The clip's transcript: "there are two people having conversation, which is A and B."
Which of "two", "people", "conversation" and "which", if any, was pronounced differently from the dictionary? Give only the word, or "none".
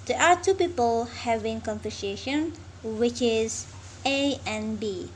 conversation